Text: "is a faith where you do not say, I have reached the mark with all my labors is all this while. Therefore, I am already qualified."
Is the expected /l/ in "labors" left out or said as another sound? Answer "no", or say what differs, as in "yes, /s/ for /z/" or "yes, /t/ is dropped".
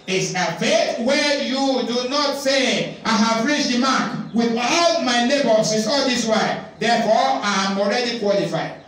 yes, /n/ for /l/